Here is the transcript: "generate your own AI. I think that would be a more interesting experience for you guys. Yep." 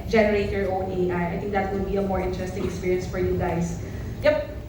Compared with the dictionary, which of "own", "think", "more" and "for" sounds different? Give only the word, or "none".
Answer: think